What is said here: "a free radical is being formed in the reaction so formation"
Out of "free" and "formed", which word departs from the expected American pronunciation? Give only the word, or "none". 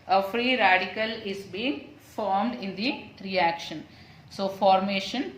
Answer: none